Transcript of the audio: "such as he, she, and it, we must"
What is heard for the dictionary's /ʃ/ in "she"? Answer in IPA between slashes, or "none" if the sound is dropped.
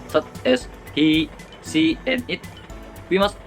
/s/